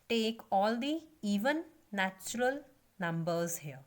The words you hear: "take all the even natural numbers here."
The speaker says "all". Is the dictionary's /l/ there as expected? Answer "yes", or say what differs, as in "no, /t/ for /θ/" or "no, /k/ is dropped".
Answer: yes